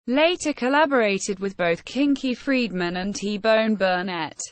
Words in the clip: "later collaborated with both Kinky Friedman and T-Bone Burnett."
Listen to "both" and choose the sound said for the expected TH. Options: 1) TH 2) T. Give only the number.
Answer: 1